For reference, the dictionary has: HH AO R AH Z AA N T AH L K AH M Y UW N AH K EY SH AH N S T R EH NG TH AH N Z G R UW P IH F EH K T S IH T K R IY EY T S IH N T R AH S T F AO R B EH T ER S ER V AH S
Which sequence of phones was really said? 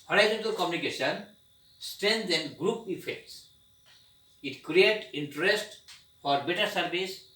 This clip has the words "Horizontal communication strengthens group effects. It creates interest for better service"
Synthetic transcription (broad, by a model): HH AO R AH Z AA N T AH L K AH M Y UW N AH K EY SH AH N S T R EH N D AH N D G R UW P IH F EH K T S IH T K R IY EY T IH N T R AH S T F AO R B EH T ER S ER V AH S